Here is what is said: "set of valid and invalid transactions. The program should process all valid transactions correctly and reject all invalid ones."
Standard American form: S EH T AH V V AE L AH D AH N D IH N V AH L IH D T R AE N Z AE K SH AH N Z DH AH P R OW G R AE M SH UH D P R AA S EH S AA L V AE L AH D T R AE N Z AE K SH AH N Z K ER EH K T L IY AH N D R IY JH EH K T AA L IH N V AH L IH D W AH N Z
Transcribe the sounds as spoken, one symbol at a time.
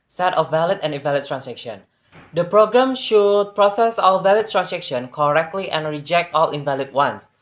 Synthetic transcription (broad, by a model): S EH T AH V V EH L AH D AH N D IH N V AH L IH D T R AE N S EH K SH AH N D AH P R OW G R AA M SH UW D P R AA S EH S AA L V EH L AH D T R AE N S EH K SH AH N K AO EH K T L IY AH N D R IY JH EH K T AA L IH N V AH L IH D W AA N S